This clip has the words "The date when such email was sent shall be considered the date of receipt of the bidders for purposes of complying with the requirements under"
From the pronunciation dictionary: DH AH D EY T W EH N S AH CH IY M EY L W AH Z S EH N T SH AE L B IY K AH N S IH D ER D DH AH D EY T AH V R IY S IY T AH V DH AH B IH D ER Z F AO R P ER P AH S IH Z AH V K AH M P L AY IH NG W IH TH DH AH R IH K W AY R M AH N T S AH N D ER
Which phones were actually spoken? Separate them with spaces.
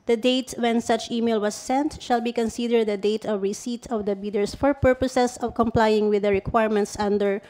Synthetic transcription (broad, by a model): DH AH D EY T W EH N S AH CH IY M EY L W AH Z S EH N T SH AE L B IY K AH N S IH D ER D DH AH D EY T AH V R IY S IY T AH V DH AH B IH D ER S F AO R P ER P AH S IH S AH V K AH M P L AY IH NG W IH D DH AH R IH K W AY R M AH N T S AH N D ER